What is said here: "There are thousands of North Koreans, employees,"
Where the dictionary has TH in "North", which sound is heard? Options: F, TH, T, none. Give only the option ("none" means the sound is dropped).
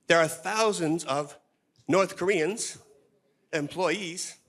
TH